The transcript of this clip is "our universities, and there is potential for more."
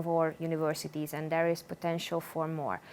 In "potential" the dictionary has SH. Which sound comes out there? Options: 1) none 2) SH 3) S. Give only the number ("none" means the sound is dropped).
2